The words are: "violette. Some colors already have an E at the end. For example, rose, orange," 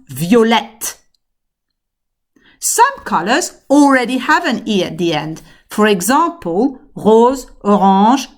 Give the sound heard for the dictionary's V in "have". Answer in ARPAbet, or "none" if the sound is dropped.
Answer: V